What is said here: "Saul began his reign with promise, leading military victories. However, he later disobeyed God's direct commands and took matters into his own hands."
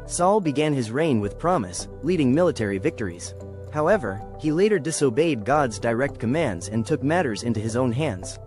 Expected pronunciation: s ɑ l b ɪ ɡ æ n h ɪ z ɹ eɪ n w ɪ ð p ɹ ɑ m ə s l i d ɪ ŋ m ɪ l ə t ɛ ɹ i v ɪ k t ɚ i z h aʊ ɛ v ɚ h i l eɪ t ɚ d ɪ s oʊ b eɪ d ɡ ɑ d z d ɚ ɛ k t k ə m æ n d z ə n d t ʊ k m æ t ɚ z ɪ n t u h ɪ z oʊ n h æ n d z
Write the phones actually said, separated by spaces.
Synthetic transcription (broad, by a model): s ɑ l b ɪ ɡ æ n ɪ z ɹ eɪ n w ɪ ð p ɹ ɑ m ə s l i d ɪ ŋ m ɪ l ə t ɛ ɹ i v ɪ k t ɚ i z h aʊ ɛ v ɚ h i l eɪ t ɚ d ɪ s oʊ b eɪ d ɡ ɑ d z d ɚ ɛ k t k ə m æ n d z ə n t ʊ k m æ t ɚ z ɪ n t u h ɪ z oʊ n h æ n d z